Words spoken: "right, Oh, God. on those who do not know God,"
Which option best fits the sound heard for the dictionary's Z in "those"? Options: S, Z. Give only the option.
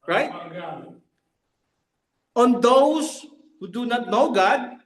S